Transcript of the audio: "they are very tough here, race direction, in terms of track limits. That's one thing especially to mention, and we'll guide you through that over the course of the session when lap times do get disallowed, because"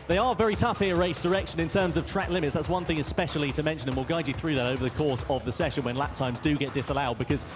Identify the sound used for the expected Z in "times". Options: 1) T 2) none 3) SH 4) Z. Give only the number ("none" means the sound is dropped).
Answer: 4